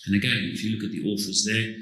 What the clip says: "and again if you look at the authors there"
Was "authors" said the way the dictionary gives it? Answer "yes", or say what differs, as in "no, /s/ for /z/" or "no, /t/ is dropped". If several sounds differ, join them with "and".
no, /f/ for /θ/